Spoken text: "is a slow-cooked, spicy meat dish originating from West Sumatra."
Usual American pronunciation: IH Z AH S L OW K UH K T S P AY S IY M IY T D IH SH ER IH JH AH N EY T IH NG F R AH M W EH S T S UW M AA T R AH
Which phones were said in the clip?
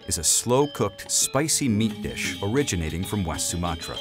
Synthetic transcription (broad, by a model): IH Z AH S L OW K UH K T S P AY S IY M IY T D IH SH ER IH JH AH N EY T IH NG F R AH M W EH S T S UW M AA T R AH